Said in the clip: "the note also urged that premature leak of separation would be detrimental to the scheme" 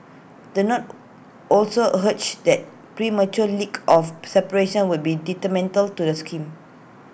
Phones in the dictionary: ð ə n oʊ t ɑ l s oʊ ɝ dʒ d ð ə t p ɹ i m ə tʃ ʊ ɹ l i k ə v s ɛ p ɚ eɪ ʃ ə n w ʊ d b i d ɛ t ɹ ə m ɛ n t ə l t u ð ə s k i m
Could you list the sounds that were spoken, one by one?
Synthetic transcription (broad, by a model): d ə n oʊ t ɑ l s oʊ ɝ tʃ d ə t p ɹ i m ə tʃ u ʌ l i k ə f s ɛ p ɚ eɪ ʃ ə n w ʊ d b i d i t ə m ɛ n t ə l t u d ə s k i m